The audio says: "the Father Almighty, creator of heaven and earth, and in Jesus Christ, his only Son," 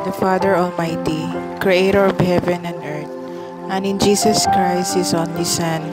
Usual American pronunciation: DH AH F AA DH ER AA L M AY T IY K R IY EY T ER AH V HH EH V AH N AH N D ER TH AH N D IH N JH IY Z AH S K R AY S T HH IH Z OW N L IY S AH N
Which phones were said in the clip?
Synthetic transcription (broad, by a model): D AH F AA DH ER AA L M AY T IY K R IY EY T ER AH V HH EH V AH N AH N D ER T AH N IH N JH IY S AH S K R AY S T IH S OW N L IY S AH N